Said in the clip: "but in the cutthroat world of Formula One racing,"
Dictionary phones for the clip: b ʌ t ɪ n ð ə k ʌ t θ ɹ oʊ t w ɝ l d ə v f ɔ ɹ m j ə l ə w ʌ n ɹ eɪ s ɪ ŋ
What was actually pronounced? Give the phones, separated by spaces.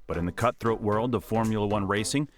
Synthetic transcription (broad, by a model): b ʌ t ɪ n ð ə k ʌ t θ ɹ oʊ t w ɝ l d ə f ɔ ɹ m j l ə w ʌ n ɹ eɪ s ɪ ŋ